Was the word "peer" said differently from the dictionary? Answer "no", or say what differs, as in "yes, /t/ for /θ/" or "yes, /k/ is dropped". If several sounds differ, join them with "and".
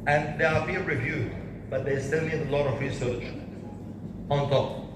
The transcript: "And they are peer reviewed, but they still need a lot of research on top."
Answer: yes, /b/ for /p/